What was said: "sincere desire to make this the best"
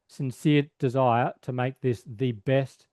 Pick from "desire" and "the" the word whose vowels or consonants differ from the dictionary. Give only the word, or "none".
none